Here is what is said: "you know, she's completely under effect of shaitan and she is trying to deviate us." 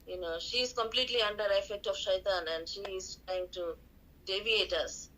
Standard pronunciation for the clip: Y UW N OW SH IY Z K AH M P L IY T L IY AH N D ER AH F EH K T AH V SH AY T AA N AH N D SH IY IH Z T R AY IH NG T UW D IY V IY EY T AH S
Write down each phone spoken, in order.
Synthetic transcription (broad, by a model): Y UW N OW SH IY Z K AH M P L IY T L IY AH N D ER AH F EH K T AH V SH AY T AA N AH N D SH IY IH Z T R AY IH NG T UW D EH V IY EY T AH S